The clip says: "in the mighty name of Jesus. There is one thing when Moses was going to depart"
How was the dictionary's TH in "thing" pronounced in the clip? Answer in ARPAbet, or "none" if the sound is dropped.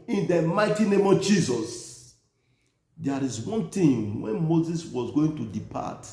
T